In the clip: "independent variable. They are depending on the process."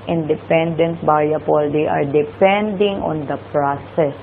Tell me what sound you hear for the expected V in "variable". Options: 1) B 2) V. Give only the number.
1